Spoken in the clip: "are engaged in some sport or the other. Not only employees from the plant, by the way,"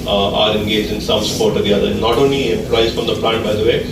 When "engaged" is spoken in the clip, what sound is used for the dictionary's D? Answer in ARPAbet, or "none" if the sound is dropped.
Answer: none